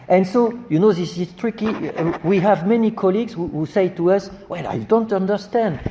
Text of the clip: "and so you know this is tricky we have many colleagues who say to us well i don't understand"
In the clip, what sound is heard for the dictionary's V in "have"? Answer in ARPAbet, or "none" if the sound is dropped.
V